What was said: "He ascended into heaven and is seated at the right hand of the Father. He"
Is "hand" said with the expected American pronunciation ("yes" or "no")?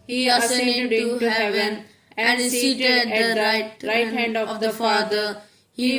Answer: yes